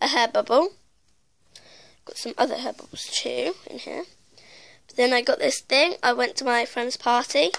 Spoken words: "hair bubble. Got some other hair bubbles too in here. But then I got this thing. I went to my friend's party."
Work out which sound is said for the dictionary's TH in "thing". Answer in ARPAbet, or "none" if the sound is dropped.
TH